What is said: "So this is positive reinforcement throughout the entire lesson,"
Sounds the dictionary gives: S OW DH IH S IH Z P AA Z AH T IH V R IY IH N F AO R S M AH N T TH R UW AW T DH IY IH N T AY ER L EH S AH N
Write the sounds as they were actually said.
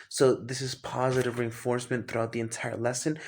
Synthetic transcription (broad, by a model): S OW DH IH S IH Z P AA Z AH T IH V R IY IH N F AO R S M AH N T TH R UW AW T DH IY IH N T AY ER L EH S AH N